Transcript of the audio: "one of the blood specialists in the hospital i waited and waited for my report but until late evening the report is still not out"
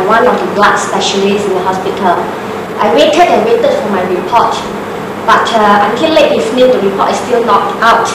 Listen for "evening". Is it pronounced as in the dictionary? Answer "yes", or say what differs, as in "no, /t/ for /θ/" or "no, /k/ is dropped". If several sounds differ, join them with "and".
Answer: no, /f/ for /v/